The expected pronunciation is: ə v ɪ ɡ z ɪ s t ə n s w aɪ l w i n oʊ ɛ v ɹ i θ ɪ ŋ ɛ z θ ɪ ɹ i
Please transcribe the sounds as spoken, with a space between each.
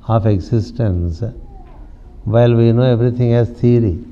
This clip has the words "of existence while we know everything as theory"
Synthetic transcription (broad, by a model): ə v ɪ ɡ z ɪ s t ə n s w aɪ l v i n oʊ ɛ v ɹ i t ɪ ŋ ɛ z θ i ɹ i